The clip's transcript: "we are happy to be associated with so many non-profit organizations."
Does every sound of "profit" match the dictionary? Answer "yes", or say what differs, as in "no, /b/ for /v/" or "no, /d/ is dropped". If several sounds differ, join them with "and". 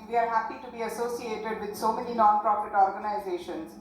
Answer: no, /p/ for /f/